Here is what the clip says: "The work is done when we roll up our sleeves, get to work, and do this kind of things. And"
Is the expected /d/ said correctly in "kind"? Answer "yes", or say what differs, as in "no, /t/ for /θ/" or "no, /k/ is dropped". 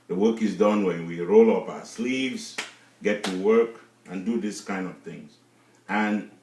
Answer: yes